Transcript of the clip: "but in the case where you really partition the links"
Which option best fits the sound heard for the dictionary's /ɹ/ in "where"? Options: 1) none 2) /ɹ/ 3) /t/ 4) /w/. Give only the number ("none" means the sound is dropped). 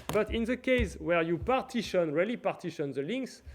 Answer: 2